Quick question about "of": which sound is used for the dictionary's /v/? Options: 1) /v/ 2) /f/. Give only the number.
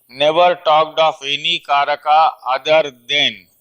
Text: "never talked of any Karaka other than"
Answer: 2